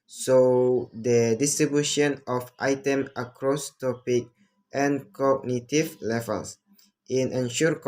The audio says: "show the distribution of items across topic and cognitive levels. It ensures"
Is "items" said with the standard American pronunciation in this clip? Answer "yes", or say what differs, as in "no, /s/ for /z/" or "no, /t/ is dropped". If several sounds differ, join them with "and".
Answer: no, /z/ is dropped